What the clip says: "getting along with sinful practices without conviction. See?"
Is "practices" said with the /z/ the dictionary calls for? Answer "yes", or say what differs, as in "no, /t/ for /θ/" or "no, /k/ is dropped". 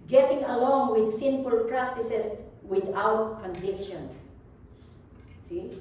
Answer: no, /s/ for /z/